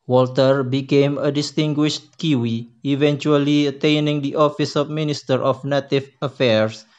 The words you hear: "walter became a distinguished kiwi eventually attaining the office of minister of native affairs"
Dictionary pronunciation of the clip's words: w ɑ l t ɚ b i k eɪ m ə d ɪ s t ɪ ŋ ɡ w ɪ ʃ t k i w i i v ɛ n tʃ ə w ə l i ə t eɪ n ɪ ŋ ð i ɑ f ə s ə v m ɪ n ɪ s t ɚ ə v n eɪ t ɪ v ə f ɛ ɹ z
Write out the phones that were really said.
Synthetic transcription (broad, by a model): w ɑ l t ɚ b i k eɪ m ə d ɪ s t ɪ ŋ ɡ w ɪ ʃ t k i w i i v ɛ n tʃ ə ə l i ə t eɪ n ɪ ŋ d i ɑ f ə s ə f m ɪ n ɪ s t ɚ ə f n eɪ t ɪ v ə f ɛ ɹ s